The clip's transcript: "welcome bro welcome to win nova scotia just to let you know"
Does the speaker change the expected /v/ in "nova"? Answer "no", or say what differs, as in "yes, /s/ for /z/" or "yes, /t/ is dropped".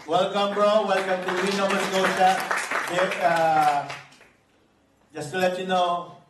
yes, /w/ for /v/